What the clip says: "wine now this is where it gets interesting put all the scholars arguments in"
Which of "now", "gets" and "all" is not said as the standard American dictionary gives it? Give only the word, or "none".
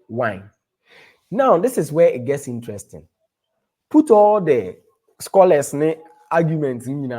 none